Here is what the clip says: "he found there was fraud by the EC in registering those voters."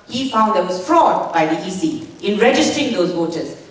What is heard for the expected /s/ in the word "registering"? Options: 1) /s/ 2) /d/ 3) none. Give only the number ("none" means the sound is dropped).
1